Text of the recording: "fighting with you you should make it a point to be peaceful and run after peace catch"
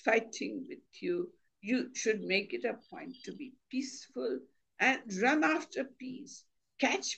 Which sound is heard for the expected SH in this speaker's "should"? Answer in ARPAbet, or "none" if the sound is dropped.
SH